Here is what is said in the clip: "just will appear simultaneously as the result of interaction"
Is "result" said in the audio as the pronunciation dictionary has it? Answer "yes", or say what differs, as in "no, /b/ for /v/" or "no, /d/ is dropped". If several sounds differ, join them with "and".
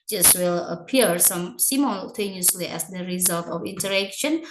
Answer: yes